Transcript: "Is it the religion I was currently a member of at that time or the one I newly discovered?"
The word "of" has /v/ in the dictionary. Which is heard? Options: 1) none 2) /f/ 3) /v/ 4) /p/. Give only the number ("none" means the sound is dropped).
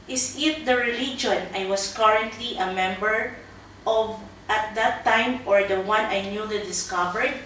3